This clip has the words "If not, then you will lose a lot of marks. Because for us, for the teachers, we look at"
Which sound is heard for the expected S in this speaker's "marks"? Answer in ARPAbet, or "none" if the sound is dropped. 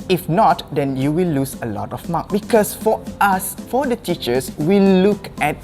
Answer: none